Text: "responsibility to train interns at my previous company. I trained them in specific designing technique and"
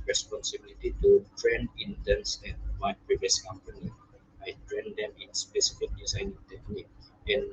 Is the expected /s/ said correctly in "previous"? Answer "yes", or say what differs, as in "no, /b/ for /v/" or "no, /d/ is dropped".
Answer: yes